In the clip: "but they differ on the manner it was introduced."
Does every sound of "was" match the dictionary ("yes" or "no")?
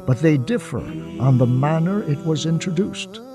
yes